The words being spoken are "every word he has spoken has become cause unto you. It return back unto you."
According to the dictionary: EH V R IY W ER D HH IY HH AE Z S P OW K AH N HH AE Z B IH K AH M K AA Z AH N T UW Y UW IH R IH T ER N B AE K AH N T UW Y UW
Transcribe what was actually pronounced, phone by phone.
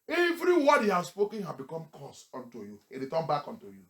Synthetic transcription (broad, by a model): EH V R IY W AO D HH IY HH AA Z S P OW K AH N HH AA B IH K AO M K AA S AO N T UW Y UW IH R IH T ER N B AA K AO N T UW Y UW